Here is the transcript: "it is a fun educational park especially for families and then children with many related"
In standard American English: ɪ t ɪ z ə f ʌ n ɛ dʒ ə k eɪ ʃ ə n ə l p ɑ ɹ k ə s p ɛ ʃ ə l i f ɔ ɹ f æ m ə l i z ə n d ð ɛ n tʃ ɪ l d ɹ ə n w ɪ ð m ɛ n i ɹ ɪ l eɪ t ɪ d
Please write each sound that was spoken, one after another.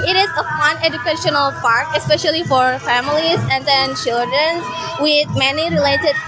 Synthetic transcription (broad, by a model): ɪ t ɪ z ə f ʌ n ɛ dʒ ə k eɪ ʃ ə n ə l p ɑ ɹ k ə s p ɛ ʃ ə l i f ɔ ɹ f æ m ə l i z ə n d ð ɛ n tʃ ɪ l d ɹ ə n w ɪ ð m ɛ n i ɹ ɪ l eɪ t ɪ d